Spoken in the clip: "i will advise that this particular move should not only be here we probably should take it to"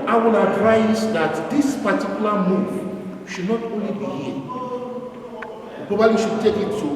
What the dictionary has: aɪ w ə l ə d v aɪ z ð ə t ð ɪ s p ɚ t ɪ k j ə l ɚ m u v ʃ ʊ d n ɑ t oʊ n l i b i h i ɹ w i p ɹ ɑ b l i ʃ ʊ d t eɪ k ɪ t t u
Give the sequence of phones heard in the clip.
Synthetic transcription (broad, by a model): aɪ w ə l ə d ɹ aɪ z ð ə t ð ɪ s p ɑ t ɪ k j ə l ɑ m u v ʃ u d n ɑ t oʊ n l i b i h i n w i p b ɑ l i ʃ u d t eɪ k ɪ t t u